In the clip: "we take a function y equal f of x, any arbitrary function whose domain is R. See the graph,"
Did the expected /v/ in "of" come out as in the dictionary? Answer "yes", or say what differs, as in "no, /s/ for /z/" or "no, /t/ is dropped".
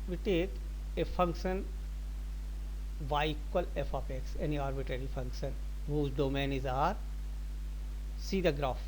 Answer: no, /p/ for /v/